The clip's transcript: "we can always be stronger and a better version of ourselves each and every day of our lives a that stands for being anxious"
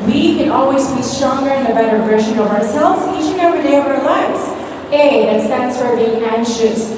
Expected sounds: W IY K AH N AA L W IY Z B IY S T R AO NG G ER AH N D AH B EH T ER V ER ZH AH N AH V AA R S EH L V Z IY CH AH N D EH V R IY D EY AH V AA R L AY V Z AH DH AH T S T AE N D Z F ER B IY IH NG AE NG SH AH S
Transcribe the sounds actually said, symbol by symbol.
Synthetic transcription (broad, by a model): W IY K AH N AA L W IY Z B IY S T R AO NG G ER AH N AH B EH T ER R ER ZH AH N AH V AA R S EH L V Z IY SH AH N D EH V R IY D EY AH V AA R L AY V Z AH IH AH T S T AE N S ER B IY IH NG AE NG SH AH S